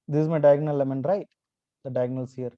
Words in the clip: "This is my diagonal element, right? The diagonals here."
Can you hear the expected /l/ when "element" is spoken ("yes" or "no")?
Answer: no